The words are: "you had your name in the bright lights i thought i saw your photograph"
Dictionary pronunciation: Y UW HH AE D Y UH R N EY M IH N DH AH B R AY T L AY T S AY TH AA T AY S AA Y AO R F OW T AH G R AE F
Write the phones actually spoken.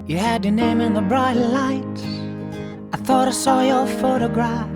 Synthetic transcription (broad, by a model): Y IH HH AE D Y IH N EY M IH N DH AH B R AY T L AY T AY TH AA T AY S AA Y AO F OW T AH G R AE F